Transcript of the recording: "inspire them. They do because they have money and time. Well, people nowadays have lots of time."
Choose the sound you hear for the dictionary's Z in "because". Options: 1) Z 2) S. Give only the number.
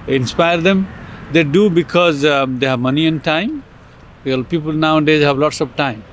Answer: 1